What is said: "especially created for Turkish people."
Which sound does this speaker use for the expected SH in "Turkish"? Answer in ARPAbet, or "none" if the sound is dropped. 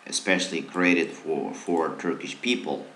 SH